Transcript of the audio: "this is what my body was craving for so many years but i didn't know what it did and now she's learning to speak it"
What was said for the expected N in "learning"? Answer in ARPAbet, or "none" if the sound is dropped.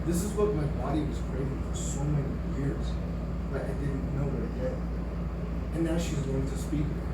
none